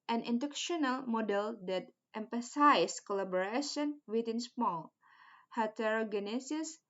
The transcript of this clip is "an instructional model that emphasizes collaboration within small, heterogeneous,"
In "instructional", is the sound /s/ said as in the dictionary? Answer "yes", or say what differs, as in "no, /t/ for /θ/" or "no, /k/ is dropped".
no, /s/ is dropped